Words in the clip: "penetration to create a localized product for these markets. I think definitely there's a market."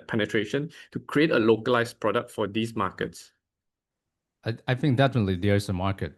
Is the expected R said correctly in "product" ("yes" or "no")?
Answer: yes